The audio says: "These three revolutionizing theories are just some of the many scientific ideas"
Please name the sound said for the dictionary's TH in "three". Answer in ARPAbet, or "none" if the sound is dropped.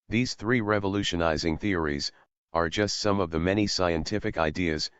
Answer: TH